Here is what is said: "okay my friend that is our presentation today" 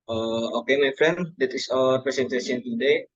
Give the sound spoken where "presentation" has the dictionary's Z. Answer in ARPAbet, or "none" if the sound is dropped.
S